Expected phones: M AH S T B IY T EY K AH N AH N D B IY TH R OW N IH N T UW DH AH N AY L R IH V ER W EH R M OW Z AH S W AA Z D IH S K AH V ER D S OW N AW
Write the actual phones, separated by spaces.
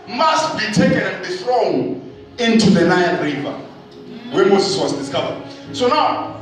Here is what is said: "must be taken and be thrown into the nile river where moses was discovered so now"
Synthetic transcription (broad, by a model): M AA S T B IY T EY K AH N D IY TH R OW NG IH N T UW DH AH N AY N R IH V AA W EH M OW Z AH S W AA Z D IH S K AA V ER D S OW N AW